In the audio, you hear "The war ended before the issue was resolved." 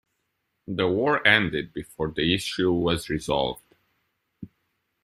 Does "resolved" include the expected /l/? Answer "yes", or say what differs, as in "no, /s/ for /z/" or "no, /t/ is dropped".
yes